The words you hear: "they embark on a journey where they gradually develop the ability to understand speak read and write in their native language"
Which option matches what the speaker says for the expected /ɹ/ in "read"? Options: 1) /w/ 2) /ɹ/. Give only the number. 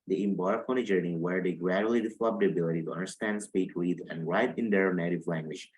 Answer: 1